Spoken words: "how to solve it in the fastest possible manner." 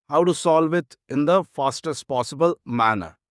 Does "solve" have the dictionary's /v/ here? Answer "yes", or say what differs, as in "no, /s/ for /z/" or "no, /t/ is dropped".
yes